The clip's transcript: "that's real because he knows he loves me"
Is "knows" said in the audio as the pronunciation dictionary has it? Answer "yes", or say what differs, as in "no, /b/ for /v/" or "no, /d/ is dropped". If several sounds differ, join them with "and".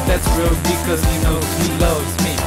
no, /z/ is dropped